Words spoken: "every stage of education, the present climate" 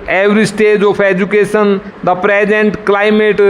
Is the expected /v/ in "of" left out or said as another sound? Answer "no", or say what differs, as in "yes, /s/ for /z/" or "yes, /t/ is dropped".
yes, /p/ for /v/